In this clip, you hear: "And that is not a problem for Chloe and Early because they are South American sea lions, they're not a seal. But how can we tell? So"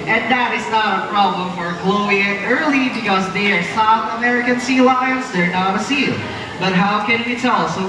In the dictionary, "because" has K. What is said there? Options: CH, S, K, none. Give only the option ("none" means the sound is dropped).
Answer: none